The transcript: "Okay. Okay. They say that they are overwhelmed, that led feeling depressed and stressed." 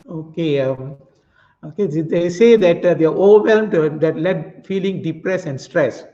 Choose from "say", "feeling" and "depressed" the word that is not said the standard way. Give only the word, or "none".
depressed